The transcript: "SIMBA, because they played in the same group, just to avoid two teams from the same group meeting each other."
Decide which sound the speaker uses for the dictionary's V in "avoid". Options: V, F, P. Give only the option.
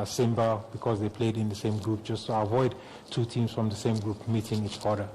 V